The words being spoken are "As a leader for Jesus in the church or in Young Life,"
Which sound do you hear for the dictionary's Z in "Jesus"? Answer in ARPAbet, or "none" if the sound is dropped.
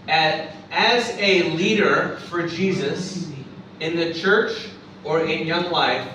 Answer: Z